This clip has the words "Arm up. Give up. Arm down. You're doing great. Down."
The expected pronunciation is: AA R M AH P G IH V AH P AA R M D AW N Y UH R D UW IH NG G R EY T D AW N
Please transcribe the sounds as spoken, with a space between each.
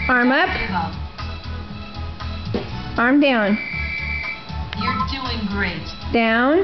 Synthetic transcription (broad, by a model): AA R M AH AH P AA R M D AW N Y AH R D UW IH NG G R EY T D AW N